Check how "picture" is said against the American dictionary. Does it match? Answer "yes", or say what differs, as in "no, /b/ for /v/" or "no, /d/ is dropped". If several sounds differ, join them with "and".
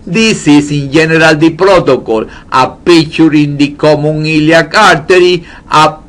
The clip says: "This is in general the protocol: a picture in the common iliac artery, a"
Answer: no, /k/ is dropped